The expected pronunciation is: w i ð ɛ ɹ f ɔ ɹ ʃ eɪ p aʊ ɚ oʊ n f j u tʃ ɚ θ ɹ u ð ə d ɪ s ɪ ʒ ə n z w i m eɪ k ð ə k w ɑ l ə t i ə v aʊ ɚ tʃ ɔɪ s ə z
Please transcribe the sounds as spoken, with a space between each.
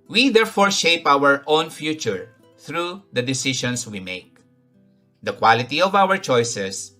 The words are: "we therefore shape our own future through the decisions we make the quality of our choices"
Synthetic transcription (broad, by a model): w i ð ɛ ɹ f ɔ ɹ ʃ eɪ p aʊ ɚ oʊ n f j u tʃ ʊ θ ɹ u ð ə d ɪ s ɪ ʃ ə n s w i m eɪ k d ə k w ɑ l ə t i ə v aʊ ɚ tʃ ɔɪ s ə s